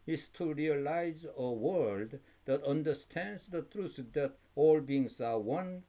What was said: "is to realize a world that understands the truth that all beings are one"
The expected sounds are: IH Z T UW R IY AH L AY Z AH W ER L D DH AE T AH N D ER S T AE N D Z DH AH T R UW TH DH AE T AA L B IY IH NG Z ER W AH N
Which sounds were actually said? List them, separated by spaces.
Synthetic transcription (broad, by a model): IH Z T UW R IY AH L AY Z AH W ER L D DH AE T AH N D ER S T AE N D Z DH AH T R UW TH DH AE T AA L B IY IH NG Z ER W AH N